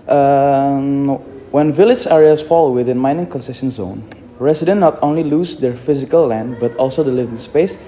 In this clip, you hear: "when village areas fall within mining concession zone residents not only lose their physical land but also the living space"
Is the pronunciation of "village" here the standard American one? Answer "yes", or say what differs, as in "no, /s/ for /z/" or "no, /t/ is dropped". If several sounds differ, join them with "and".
yes